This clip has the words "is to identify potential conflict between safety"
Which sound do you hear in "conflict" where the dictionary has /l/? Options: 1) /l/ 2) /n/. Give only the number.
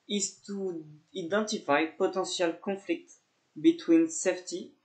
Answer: 1